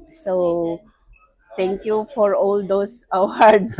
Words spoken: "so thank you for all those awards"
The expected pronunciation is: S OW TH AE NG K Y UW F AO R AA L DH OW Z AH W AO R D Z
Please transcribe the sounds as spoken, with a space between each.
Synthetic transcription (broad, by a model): S OW T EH NG K Y UW F AO R AA L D OW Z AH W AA R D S